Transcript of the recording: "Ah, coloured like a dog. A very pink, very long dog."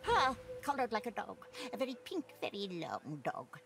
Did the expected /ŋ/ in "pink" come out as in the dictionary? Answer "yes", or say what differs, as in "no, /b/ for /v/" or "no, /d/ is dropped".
yes